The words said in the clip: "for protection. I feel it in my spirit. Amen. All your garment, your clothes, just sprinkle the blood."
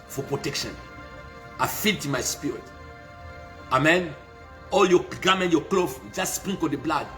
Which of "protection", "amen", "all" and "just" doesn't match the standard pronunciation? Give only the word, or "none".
none